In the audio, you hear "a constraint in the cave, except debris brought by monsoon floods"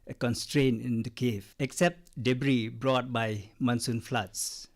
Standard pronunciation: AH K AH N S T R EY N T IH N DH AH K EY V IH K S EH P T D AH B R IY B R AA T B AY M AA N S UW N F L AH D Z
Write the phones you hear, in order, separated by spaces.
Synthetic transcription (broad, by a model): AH K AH N S T R EY N IH N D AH K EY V IH K S EH P T D AH B R IY B R AA T B AY M AA N S UW N F L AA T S